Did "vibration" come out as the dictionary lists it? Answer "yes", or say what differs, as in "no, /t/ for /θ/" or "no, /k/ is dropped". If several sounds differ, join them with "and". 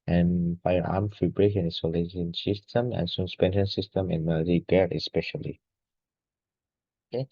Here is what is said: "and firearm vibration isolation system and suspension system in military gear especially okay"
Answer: no, /f/ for /v/